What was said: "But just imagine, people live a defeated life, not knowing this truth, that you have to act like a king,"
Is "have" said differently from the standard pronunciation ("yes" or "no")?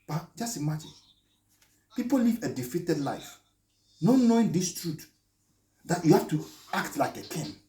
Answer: yes